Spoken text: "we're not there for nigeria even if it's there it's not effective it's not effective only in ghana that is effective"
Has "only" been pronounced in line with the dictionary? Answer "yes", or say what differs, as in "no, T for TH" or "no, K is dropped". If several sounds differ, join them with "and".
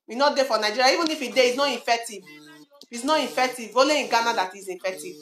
no, N is dropped